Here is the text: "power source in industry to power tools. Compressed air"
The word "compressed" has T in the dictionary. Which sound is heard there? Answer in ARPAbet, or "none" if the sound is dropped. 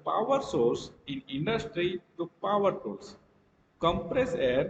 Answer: none